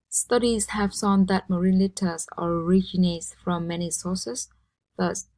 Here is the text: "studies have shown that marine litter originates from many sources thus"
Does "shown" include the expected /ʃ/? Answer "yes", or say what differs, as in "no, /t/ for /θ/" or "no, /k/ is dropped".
no, /s/ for /ʃ/